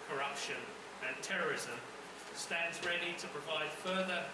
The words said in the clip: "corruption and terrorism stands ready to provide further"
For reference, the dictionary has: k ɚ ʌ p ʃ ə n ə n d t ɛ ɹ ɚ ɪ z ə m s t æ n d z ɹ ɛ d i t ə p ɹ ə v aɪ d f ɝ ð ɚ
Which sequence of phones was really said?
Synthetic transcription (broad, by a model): k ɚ ʌ p ʃ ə n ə n t ɛ ɹ ɚ ɪ z ə m s t æ n d z ɹ ɛ d i t ə p ɹ ə v aɪ d f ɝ ð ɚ